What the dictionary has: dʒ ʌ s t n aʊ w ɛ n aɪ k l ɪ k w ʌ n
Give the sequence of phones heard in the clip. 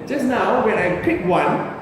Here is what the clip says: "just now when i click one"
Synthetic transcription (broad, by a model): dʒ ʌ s n aʊ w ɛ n aɪ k ɪ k w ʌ n